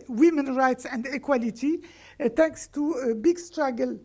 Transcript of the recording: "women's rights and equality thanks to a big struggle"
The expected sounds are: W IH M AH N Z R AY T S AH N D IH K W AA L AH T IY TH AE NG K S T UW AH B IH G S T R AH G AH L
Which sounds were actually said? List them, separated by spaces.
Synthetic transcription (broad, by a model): W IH M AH N R AY T S AH N D IH K W AA L AH T IY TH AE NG K S T UW AH B IH G S T R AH G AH L